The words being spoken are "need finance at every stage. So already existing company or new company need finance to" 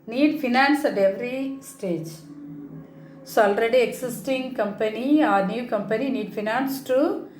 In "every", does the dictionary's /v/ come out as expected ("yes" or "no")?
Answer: yes